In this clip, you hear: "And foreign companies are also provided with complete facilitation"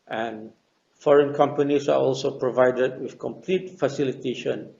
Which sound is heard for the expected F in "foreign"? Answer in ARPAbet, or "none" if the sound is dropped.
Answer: F